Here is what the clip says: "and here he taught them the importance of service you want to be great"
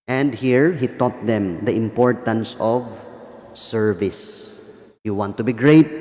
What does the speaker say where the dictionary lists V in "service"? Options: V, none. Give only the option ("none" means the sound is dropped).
V